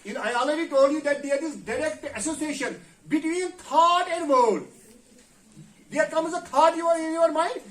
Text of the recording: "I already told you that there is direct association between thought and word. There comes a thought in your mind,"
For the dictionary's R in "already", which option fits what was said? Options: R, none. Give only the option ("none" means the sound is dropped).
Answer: none